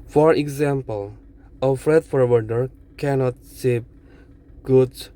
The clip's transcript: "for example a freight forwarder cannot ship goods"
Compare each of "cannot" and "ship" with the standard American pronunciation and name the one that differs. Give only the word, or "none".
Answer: ship